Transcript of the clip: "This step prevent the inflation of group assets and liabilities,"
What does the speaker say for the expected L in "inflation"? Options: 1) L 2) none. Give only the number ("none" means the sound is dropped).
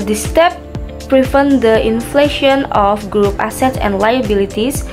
1